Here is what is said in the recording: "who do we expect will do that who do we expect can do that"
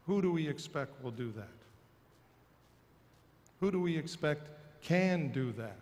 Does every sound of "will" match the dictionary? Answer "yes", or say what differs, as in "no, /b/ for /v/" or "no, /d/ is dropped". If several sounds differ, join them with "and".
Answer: yes